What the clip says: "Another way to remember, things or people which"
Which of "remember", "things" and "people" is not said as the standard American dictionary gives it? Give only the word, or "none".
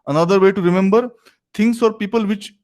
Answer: things